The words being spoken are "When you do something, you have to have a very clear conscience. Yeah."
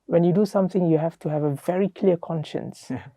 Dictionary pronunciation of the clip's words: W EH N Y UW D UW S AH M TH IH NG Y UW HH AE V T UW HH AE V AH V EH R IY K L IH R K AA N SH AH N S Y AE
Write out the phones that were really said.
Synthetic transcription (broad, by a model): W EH N Y UW D UW S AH M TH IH NG Y UW HH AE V T UW HH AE V AH V EH R IY K L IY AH K AA N SH AH N S